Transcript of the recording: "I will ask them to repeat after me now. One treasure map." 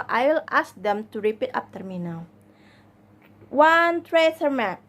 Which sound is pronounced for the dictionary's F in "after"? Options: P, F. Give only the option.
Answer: P